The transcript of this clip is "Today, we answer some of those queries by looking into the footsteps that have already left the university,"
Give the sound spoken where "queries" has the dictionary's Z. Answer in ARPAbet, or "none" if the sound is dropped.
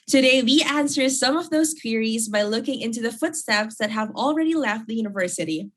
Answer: Z